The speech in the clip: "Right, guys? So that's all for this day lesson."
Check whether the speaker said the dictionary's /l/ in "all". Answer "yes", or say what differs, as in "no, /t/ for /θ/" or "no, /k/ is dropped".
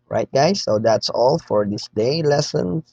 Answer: yes